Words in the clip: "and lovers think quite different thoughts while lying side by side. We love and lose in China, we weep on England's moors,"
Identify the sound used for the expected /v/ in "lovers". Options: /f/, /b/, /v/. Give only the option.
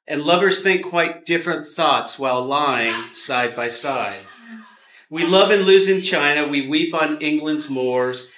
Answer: /v/